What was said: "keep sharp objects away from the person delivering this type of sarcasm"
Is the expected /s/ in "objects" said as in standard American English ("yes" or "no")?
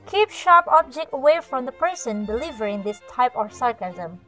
no